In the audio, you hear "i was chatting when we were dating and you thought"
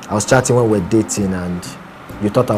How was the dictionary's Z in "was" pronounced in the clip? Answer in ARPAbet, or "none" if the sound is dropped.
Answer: S